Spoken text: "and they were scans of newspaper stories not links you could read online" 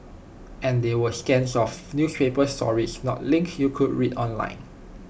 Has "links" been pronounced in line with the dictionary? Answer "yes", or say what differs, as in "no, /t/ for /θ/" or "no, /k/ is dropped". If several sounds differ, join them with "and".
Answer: no, /s/ is dropped